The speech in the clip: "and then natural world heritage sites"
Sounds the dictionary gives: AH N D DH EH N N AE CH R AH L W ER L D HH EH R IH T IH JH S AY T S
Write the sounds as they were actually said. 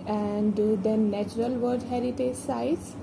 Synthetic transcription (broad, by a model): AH N D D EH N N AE CH R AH L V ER D HH EH R IH T IH JH S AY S